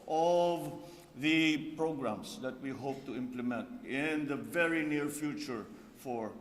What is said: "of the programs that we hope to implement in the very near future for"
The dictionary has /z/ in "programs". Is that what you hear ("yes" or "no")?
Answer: no